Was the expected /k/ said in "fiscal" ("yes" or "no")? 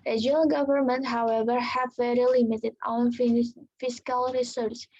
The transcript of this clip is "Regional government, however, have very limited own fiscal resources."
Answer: yes